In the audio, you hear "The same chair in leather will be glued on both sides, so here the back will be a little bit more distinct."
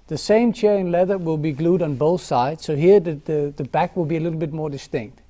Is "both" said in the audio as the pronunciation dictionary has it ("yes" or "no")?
yes